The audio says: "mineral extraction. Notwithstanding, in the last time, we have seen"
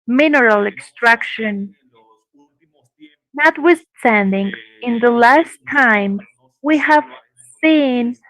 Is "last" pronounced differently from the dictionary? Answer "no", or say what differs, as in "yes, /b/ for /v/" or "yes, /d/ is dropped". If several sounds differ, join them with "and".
no